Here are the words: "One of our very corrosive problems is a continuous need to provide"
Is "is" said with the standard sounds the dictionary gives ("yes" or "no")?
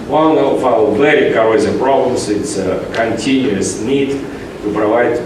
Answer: no